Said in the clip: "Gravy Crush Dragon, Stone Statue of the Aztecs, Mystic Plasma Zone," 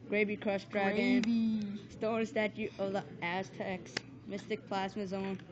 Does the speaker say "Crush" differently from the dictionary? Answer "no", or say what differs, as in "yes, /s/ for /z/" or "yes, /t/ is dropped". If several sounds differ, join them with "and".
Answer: yes, /s/ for /ʃ/